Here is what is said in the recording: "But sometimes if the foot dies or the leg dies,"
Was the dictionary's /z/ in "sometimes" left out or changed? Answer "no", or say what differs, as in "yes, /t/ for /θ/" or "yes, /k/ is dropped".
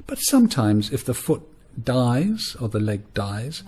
no